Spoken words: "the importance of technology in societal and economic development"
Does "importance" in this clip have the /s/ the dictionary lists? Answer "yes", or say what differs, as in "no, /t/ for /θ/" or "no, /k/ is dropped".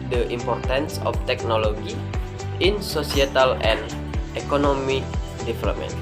yes